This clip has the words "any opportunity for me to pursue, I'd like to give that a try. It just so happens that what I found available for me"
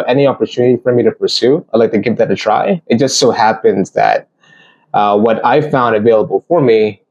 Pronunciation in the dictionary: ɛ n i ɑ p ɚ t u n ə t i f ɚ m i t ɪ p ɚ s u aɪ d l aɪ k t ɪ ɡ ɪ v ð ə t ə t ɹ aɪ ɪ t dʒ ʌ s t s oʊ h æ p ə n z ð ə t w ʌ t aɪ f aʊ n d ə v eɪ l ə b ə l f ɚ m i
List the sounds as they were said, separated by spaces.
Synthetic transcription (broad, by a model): ɛ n i ɑ p ɚ t u n ə t i f ɚ m i t ɪ p ɚ s u aɪ d l aɪ k t ɪ ɡ ɪ v ð ə t ə t ɹ aɪ ɪ t dʒ ʌ s t s oʊ h æ p ə n z ð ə t w ʌ t aɪ f aʊ n d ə v eɪ l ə b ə l f ɚ m i